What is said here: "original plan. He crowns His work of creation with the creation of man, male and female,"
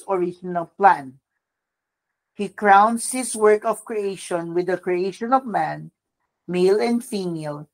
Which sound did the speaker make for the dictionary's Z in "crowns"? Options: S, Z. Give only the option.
S